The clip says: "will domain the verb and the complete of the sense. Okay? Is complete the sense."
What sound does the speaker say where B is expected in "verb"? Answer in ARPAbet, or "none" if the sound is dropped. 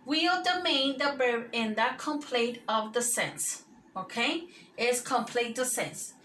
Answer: none